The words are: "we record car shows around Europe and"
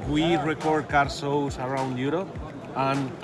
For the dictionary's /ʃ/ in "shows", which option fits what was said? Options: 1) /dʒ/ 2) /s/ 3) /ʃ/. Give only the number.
2